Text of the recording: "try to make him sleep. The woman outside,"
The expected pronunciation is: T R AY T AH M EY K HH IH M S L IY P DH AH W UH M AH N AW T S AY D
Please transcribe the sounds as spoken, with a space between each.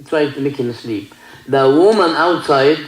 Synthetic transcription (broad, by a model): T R AY T AH M EY K HH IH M S L IY P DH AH W UH M AH N AW T S AY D